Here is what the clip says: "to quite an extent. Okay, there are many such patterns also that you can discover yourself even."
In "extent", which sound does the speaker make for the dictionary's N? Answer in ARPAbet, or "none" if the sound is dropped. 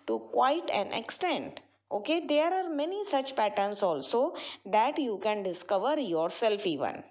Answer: N